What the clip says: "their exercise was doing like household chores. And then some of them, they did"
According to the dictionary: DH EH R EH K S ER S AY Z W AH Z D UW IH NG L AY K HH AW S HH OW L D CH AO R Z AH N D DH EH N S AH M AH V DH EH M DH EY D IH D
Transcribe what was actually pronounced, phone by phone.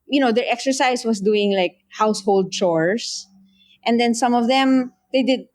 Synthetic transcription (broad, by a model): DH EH R EH K S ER S AY S W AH S D UW IH NG L AY K HH AW S HH OW L D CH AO R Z AH N D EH N S AH M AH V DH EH M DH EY D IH D